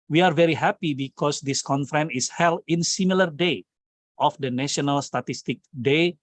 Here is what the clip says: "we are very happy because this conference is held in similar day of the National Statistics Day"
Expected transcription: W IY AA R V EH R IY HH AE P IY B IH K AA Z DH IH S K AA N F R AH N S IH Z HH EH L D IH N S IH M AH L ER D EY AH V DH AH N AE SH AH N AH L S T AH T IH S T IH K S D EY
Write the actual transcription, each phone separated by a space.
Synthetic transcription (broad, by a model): W IY AA R V EH R IY HH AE P IY B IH K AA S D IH S K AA N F R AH N IH S HH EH L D IH N S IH M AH L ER D EY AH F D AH N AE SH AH N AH L S T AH T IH S T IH K D EY